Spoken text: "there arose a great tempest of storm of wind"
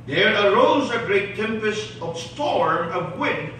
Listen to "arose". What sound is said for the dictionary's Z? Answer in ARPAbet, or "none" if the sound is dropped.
Z